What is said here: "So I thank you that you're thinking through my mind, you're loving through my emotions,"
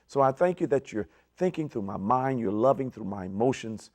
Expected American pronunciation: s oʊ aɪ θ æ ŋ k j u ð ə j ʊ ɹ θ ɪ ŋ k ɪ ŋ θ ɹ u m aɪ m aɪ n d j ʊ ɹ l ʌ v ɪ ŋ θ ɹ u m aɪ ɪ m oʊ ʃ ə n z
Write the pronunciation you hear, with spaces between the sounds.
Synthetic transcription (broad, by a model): s oʊ aɪ θ æ ŋ k j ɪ ð ə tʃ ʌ ɹ θ ɪ ŋ k ɪ ŋ θ ɹ u m aɪ m aɪ n d j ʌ ɹ l ʌ v ɪ ŋ θ ɹ u m aɪ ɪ m oʊ ʃ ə n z